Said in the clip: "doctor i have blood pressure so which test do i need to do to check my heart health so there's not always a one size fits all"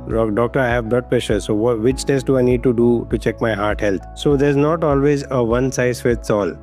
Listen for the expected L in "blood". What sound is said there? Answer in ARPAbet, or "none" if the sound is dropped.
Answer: none